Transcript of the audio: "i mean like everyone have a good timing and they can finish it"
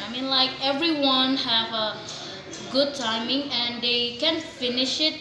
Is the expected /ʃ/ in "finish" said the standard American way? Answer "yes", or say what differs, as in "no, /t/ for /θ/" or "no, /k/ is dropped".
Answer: yes